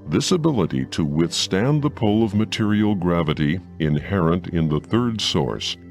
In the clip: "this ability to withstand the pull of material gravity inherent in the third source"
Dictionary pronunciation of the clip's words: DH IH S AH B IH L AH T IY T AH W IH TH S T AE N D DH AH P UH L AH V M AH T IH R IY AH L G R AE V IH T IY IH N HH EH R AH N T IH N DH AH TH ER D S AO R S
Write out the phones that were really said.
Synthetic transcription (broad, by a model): DH IH S AH B IH L AH T IY T AH W IH TH S T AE N DH AH P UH L AH V M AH T IH R IY L G R AE V IH T IY IH N HH EH R AH N T IH N DH AH TH ER D S AO R S